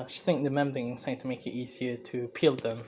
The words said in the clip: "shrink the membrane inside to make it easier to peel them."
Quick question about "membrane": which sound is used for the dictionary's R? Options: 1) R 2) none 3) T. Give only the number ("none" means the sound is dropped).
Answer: 2